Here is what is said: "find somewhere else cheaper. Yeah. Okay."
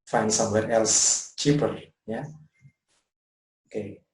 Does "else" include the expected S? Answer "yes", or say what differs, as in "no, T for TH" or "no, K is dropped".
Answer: yes